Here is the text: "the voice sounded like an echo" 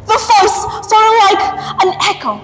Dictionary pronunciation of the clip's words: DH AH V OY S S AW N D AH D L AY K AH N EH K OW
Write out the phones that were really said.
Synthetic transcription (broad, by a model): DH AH F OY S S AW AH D L AY K AH N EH K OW